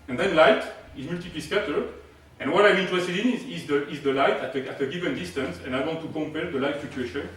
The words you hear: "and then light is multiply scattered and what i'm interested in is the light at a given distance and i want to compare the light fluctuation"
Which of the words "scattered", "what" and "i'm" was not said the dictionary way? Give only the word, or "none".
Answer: scattered